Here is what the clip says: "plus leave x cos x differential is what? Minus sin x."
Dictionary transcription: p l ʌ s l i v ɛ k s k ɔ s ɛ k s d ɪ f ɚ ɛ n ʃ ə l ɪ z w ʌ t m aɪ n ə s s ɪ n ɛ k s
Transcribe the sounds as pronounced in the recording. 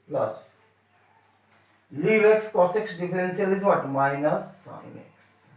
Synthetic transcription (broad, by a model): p l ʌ s l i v ɛ k s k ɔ s ɛ k s d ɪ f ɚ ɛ n s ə l ɪ z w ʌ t m aɪ n ə s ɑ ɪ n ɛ k s